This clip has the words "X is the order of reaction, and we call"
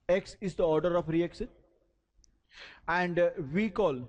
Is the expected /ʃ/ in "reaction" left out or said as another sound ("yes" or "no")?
yes